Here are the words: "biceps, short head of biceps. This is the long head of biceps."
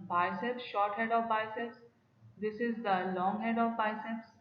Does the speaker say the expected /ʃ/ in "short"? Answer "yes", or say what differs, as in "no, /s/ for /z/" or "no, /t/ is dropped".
yes